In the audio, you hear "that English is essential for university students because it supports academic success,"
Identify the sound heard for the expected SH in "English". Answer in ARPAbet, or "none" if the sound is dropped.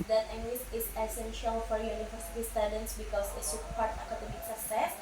S